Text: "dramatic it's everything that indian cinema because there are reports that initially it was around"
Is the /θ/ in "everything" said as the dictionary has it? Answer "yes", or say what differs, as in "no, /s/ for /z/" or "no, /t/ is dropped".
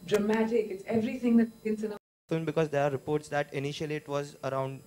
no, /t/ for /θ/